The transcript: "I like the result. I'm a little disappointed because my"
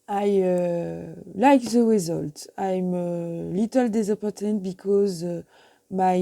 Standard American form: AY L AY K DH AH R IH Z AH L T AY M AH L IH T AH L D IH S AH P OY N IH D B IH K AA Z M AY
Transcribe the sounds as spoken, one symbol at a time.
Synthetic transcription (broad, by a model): AY L AY K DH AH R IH Z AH L T AY M AH L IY T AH L D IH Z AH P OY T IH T B IH K AA Z M AY